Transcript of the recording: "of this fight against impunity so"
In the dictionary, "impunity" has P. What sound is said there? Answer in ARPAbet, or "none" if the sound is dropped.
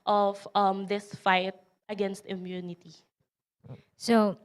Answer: none